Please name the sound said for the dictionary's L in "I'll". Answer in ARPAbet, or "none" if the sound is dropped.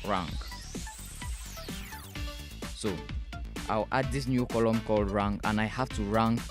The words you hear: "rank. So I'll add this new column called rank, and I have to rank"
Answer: W